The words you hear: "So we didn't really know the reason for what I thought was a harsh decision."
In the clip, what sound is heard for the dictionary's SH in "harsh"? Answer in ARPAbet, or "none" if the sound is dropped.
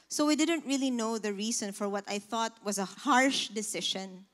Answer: SH